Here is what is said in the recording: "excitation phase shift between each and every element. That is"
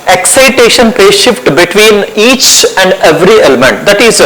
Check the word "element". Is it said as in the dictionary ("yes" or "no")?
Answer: yes